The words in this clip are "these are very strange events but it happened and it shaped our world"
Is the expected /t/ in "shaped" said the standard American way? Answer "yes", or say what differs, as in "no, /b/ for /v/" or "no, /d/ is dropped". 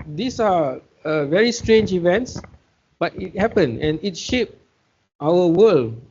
yes